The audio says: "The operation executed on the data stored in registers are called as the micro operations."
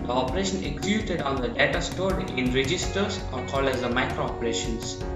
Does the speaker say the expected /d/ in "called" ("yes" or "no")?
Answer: no